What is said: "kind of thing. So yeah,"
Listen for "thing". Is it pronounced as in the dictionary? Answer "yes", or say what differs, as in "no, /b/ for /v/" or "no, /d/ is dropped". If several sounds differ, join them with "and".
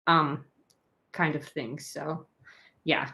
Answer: yes